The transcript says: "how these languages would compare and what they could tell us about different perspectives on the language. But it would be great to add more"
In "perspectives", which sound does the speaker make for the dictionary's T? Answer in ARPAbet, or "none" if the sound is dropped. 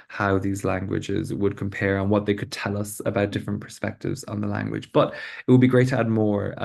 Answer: T